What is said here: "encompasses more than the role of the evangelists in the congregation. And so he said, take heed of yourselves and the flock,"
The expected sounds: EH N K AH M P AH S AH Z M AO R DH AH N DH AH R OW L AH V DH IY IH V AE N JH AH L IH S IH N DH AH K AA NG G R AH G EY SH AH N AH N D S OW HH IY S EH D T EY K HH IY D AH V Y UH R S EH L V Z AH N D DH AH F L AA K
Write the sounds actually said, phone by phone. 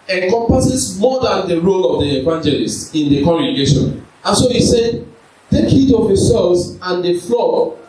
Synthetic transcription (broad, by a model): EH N K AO M P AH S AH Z M AO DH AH N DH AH R OW L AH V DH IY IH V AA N JH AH L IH S IH N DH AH K AA NG G R AH G EY SH AH N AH N S OW HH IY S EH D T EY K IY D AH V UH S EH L Z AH N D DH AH F L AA